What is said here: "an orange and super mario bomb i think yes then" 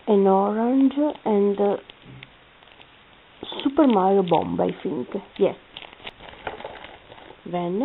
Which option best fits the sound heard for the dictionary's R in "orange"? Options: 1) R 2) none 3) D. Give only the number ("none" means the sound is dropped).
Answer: 1